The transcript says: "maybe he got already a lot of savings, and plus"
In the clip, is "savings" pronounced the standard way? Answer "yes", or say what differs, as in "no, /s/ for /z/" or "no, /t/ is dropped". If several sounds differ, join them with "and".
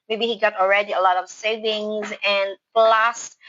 yes